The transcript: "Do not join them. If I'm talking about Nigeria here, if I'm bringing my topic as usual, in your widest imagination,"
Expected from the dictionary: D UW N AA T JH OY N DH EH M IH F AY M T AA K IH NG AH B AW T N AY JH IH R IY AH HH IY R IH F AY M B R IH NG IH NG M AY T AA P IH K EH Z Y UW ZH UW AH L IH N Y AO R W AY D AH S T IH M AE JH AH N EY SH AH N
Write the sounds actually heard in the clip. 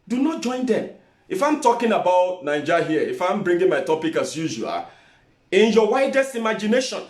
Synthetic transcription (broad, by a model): D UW N AA T JH OY N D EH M IH F AY M T AA K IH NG AH B AW T N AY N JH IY HH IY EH IH F AY M B R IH NG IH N M AY T AA P IH K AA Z Y UW ZH UW AH L IH N Y AO W AY D AH S T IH M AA JH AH N EY SH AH N